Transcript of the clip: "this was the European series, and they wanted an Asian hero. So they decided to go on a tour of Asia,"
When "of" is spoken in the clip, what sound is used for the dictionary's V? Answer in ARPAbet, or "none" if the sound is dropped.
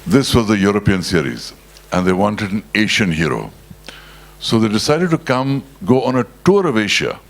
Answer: V